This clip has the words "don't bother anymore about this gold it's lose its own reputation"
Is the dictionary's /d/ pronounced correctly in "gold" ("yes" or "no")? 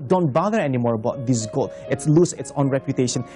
no